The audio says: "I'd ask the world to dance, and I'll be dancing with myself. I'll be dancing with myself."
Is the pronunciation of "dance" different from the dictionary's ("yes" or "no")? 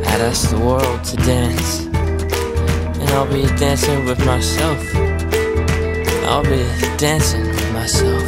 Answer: no